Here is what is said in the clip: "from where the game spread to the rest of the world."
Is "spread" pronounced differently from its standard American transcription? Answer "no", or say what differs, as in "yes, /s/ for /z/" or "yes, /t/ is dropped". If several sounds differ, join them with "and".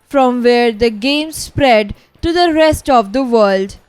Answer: no